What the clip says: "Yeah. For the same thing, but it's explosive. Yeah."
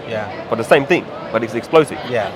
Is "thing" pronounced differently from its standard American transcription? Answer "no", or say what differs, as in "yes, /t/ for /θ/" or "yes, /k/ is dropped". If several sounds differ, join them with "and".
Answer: no